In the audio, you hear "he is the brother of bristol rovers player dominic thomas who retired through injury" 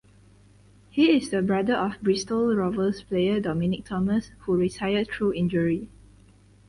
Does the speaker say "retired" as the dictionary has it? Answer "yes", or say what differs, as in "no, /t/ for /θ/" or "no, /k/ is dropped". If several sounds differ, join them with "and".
no, /s/ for /t/